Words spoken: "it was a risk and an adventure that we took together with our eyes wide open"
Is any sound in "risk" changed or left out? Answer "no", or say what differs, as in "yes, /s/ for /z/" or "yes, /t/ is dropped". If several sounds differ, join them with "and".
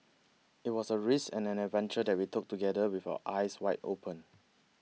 yes, /k/ is dropped